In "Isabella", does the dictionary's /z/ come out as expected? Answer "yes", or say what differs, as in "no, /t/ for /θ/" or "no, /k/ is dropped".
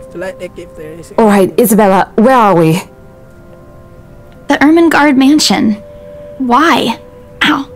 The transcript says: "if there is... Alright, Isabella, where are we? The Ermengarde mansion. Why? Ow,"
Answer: yes